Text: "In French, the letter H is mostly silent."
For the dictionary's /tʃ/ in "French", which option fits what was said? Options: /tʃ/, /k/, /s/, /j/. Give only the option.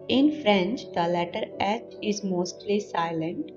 /tʃ/